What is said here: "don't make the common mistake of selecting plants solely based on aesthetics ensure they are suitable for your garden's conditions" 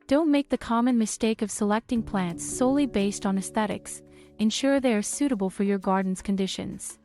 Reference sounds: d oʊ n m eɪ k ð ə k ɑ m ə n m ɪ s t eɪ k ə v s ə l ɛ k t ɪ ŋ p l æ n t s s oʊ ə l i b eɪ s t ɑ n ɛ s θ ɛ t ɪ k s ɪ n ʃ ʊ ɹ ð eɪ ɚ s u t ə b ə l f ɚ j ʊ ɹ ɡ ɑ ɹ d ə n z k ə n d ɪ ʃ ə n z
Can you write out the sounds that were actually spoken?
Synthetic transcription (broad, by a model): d oʊ n m eɪ k ð ə k ɑ m ə n m ɪ s t eɪ k ə v s ə l ɛ k t ɪ ŋ p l æ n t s s oʊ ə l i b eɪ s t n ɛ s θ ɛ t ɪ k s ɪ n ʃ ʊ ɹ ð eɪ ɚ s u t ə b ə l f ɚ j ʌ ɹ ɡ ɑ ɹ d n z k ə n d ɪ ʃ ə n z